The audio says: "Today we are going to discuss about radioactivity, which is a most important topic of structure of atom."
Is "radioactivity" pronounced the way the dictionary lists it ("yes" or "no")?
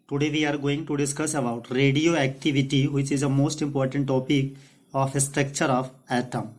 yes